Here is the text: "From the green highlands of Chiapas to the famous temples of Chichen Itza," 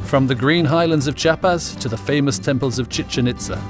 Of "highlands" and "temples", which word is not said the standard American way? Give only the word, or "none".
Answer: none